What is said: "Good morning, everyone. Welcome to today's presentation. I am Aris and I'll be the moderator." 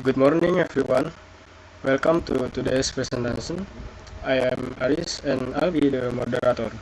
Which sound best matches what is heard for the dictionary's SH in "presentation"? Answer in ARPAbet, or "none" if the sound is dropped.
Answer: S